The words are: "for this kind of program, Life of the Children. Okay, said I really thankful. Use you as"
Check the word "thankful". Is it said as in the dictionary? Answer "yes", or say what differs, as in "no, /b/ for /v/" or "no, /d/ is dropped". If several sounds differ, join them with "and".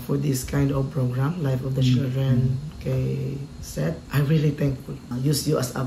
no, /t/ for /θ/